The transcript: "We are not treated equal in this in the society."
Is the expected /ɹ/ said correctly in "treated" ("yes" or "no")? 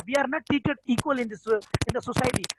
no